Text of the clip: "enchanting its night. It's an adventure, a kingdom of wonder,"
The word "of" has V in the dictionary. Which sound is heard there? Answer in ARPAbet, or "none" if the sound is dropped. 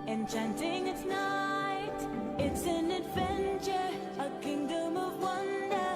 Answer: V